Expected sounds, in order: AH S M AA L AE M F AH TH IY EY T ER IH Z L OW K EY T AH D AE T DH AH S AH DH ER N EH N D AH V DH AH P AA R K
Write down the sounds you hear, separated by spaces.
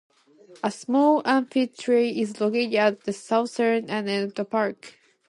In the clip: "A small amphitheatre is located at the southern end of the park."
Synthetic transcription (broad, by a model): AH S M AA L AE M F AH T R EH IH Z L OW K EY T AH D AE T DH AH S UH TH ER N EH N AH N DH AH P AA R K